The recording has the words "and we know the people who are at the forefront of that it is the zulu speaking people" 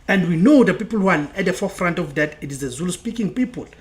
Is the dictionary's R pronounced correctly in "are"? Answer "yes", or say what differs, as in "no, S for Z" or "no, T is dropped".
no, L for R